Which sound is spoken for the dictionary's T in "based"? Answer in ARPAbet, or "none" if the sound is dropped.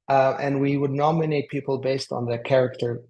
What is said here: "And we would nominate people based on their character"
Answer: T